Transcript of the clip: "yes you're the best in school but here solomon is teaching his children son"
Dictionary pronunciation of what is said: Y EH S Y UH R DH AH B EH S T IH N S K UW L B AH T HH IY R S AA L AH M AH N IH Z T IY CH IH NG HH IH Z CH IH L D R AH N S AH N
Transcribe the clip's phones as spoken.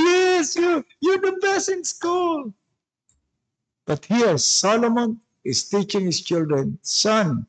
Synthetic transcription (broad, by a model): Y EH S Y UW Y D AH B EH S IH N S K UW L B AH T HH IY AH S AA L AH M AH N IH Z T IY CH IH NG HH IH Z CH IH L D R AH N S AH N